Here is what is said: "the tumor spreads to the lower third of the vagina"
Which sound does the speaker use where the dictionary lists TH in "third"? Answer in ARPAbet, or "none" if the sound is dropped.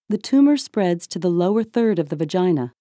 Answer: TH